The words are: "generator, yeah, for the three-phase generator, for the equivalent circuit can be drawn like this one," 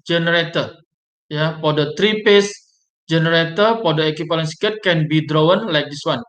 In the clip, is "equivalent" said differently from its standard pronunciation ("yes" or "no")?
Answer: yes